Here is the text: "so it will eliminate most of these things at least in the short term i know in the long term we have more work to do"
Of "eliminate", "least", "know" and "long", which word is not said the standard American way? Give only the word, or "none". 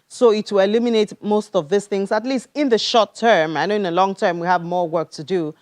none